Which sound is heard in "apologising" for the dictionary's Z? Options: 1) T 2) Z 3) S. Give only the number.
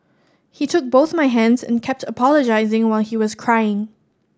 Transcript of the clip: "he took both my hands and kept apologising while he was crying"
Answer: 2